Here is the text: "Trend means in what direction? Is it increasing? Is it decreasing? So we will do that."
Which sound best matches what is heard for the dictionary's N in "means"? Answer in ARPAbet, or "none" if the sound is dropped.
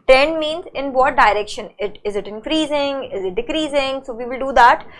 N